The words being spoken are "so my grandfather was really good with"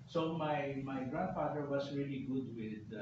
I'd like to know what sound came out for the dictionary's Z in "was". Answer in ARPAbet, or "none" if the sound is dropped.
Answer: S